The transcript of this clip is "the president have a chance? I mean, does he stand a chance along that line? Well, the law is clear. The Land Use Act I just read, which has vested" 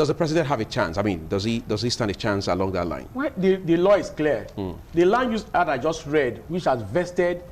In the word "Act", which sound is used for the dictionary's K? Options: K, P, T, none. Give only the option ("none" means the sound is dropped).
none